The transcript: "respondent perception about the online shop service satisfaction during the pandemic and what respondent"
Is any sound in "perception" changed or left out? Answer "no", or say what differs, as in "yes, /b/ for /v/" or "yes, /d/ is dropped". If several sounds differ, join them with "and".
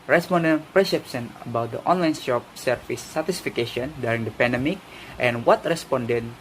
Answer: yes, /s/ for /ʃ/